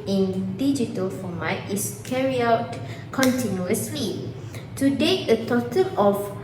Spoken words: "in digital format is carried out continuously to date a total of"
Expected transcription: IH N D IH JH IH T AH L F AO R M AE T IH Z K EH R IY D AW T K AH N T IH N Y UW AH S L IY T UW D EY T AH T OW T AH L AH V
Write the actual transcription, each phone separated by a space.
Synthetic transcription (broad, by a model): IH N D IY JH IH T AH L F AO M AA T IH S K EH R IY AW T K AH N T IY N Y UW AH S L IY T UW D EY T AH T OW T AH L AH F